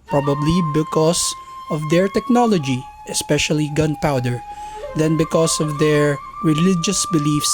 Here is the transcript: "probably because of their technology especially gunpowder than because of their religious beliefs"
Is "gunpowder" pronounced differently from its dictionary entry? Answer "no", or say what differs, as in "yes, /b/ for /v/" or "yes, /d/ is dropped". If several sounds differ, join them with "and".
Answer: no